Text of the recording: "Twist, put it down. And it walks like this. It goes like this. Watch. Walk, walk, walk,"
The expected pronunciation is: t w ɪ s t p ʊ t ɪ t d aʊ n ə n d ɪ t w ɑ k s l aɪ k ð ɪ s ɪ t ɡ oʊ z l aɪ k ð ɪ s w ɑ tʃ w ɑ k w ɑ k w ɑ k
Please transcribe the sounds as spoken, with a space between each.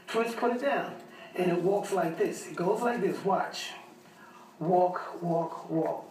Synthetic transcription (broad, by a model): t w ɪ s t p ʊ t ɪ t d aʊ n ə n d ɪ t w ɑ k s l aɪ k ð ɪ s ɪ t ɡ oʊ z l aɪ k ð ɪ s w ɑ tʃ w ɑ k w ɑ k w ɑ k